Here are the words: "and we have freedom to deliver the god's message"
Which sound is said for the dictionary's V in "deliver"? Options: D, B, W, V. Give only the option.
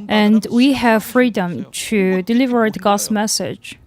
V